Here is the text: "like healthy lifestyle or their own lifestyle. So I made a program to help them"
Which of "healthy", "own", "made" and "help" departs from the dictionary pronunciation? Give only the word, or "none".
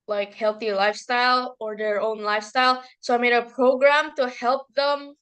none